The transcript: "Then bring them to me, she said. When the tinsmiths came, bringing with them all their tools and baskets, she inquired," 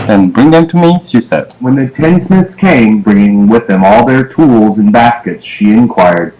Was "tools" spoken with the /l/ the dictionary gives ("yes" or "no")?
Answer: yes